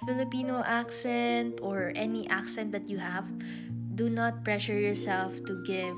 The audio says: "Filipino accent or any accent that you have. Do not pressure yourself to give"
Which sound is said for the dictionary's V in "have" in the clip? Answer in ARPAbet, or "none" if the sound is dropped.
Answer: V